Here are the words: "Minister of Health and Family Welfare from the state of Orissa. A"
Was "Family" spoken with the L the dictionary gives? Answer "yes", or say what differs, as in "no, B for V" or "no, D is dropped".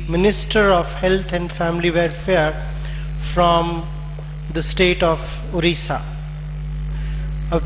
yes